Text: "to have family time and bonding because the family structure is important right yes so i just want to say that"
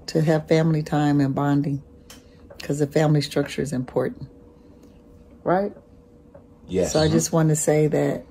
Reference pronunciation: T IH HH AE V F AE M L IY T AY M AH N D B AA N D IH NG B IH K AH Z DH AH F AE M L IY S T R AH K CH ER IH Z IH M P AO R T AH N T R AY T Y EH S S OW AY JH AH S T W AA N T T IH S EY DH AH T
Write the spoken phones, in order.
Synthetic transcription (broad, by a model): T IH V F AE M L IY T AY M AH N B AA N D IH NG K AH Z DH AH F AE M L IY S T R AH K CH ER IH Z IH M P AO R T N T R AY T Y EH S S OW AY JH AH S T W AA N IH S EY DH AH T